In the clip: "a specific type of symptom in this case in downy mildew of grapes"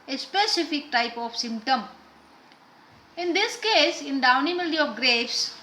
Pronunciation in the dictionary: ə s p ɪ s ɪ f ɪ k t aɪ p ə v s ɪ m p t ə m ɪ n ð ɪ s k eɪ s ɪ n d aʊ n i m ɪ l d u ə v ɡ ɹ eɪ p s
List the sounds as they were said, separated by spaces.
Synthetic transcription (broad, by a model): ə s p ɪ s ɪ f ɪ k t aɪ p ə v s ɪ m p t ə m ɪ n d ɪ s k eɪ s ɪ n d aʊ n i m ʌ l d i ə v ɡ ɹ eɪ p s